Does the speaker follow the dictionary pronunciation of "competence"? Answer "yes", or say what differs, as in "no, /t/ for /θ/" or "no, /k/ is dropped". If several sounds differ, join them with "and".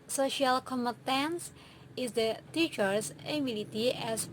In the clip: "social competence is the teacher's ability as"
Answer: no, /p/ is dropped